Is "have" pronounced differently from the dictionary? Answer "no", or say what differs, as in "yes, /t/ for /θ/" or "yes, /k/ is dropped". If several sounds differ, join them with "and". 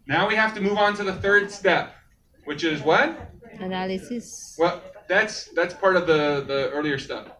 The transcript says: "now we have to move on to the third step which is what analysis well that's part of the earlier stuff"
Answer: yes, /f/ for /v/